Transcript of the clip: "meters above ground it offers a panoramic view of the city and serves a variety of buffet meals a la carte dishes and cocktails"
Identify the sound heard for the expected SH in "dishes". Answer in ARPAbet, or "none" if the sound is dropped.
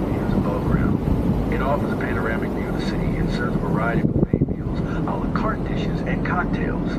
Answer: SH